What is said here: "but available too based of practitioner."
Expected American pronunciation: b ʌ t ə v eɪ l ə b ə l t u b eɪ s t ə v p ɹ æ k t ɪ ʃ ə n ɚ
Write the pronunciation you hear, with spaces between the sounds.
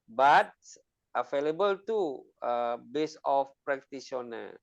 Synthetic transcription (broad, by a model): b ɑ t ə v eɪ l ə b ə l t u b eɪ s ə f p ɹ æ k t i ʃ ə n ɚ